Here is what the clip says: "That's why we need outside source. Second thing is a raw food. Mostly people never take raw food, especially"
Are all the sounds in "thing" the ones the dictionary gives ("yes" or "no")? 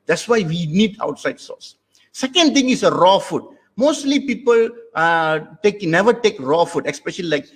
no